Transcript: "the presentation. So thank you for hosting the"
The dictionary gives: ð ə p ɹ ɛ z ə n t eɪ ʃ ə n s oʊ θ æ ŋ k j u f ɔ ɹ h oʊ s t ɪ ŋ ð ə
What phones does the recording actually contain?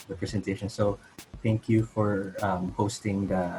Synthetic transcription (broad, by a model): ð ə p ɹ ɛ z ə n t eɪ ʃ ə n s oʊ θ æ ŋ k j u f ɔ ɹ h oʊ s t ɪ ŋ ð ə